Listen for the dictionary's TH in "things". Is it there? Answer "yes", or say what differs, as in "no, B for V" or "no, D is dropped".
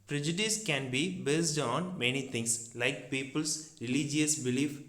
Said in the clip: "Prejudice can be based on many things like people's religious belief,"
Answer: no, T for TH